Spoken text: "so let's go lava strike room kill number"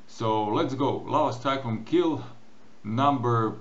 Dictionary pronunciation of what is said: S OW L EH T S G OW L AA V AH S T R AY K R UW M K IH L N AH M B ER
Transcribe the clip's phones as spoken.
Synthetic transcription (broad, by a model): S OW L EH T S G OW L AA AH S T AY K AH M K IH L N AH M B ER